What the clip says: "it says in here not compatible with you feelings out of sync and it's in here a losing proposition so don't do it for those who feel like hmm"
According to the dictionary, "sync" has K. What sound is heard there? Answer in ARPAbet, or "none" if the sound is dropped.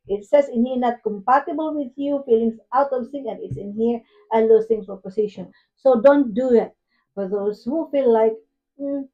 none